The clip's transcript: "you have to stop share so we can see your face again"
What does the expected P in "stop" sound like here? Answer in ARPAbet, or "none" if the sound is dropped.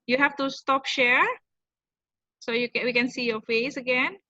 P